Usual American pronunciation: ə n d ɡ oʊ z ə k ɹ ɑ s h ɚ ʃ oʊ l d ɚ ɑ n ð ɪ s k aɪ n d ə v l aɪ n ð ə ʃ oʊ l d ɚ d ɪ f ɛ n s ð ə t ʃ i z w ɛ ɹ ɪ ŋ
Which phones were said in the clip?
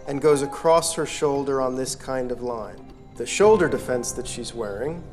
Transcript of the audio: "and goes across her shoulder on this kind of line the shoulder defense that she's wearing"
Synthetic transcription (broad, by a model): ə n ɡ oʊ z ə k ɹ ɑ s h ɚ ʃ oʊ l d ɚ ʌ n ð ɪ s k aɪ n d ə v l aɪ n ð ə ʃ oʊ l d ɚ d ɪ f ɛ n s ð ə t ʃ i z w ɛ ɹ ɪ ŋ